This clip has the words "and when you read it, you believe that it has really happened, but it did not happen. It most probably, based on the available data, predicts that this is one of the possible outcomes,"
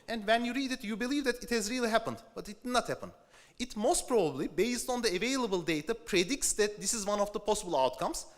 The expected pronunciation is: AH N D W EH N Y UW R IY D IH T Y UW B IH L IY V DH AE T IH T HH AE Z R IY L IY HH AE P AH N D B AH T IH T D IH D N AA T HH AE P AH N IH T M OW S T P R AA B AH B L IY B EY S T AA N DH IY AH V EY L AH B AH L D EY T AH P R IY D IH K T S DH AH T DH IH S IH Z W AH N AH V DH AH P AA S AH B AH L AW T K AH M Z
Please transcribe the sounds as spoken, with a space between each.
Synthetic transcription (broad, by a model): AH N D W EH N Y UW R IY D IH T Y UW B IH L IY V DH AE T IH T HH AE Z R IY L IY HH AE P AH N D B AH T IH T D IH D N AA T HH AE P AH N IH T M OW S T P R AA B AH B L IY B EY S T AA N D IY AH V EY L AH B AH L D EY T AH P R IY D IH K T S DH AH T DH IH S IH Z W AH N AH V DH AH P AA S AH B AH L AW T K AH M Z